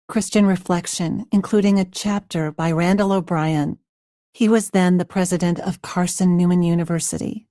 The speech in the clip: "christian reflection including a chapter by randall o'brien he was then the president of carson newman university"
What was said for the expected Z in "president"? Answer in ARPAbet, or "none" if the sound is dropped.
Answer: Z